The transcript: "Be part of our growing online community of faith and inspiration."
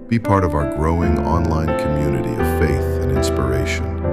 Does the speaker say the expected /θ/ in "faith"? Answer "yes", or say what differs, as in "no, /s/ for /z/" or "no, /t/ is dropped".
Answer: yes